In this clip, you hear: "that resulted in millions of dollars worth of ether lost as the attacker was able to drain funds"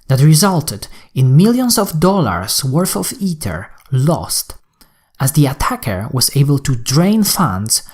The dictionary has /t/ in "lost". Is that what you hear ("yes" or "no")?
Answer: yes